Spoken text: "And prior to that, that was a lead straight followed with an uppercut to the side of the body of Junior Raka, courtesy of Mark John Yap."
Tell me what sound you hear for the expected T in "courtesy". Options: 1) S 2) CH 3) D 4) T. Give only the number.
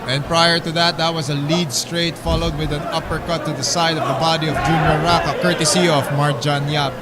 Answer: 4